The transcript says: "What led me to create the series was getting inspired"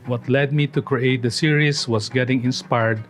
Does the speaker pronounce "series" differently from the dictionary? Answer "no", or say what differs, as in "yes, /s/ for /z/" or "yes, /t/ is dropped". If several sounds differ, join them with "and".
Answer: yes, /s/ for /z/